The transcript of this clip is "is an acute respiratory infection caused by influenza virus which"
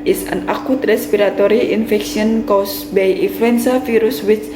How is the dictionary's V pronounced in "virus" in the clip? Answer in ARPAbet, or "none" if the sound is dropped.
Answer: F